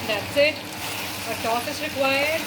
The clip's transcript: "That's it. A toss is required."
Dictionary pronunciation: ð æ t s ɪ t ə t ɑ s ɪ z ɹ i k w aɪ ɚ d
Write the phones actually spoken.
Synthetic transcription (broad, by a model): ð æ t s ɪ t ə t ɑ θ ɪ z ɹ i k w aɪ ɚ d